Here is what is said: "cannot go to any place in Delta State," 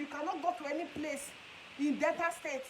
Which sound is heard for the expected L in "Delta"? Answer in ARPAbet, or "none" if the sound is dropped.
none